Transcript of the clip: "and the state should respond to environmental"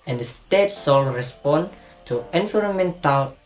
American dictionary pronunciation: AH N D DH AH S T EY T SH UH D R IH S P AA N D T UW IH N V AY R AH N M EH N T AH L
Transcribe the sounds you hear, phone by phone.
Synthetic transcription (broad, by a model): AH N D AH S T EY T S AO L R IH S P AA N T UW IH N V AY R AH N M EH N T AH L